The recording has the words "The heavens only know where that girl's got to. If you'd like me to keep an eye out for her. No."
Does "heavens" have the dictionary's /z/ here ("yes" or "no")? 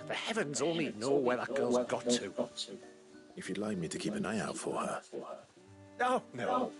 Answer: yes